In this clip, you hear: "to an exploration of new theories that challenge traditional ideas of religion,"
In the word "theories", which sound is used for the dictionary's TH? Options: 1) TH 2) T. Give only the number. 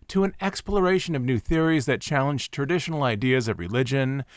1